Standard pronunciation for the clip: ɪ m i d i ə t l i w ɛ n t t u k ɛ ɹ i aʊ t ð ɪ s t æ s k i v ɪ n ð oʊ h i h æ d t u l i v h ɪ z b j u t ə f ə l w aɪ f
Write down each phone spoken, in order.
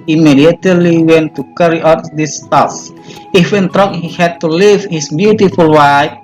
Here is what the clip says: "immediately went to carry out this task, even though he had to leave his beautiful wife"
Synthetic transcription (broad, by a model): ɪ m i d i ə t l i w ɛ n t t u k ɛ ɹ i aʊ t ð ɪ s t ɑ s i f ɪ n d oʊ h i h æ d t u l i v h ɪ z b j u t ə f ə l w aɪ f